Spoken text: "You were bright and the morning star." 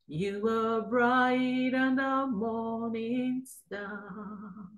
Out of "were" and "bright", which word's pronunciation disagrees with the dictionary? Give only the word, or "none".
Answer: none